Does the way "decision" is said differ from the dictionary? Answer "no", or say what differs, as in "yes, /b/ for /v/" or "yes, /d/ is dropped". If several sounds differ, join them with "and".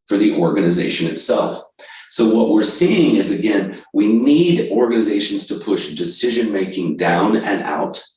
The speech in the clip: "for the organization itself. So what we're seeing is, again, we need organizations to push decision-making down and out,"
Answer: no